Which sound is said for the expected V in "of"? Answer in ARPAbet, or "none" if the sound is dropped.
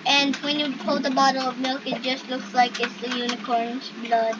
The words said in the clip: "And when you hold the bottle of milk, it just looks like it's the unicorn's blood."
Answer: V